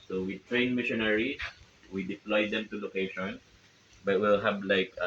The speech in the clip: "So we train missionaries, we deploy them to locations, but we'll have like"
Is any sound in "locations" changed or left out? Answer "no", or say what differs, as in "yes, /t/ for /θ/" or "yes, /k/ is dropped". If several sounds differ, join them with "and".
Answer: yes, /z/ is dropped